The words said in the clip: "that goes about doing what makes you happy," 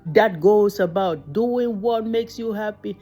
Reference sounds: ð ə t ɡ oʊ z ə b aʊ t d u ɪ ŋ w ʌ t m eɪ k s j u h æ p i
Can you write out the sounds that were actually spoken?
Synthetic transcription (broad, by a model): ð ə t ɡ oʊ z ə b aʊ t d u ɪ ŋ w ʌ t m eɪ k s j u h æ p i